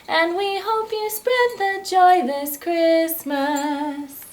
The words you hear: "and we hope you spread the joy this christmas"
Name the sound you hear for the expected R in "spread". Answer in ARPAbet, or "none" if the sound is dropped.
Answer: R